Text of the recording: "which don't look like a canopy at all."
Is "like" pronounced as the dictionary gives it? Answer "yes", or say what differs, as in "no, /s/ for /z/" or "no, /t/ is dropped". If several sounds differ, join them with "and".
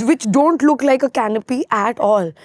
yes